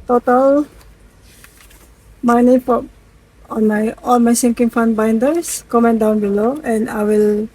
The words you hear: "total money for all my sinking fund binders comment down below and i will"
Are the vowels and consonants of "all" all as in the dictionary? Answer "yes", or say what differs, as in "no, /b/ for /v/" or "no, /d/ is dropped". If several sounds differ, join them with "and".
no, /n/ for /l/